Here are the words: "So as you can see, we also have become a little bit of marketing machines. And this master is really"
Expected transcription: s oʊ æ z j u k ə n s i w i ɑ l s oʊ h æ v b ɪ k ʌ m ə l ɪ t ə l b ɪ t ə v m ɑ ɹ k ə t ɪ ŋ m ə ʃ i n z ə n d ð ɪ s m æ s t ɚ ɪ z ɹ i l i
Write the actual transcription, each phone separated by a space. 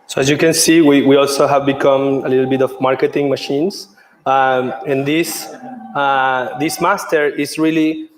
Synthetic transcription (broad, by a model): s oʊ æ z j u k ə n s i w i ɑ l s oʊ h æ v b ɪ k ʌ m ə l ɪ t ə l b ɪ t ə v m ɑ ɹ k ə t ɪ ŋ m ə ʃ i n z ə n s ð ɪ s m æ s t ɚ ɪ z ɹ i l i